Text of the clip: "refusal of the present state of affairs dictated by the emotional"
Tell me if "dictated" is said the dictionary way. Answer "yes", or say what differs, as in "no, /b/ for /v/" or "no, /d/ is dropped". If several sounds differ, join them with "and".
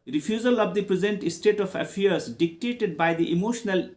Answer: yes